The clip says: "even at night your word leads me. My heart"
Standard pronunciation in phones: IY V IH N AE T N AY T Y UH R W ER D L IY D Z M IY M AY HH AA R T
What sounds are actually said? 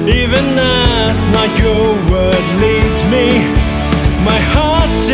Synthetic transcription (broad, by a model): IY V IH N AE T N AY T Y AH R W ER D L IY D Z M IY M AY HH AA R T